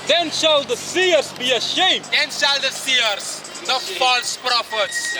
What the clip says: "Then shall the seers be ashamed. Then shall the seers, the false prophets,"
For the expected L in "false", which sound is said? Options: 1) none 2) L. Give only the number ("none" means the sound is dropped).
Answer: 2